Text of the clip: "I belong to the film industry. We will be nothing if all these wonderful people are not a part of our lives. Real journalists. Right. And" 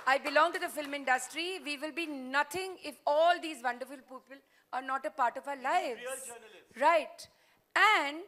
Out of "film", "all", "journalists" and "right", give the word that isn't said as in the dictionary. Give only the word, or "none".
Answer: journalists